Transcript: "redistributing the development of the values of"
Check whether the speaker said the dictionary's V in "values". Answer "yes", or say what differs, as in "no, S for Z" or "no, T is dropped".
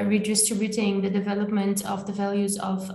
yes